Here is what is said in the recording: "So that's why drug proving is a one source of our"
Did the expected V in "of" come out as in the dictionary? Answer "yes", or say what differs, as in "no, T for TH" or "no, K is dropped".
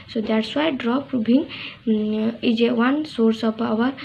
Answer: no, P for V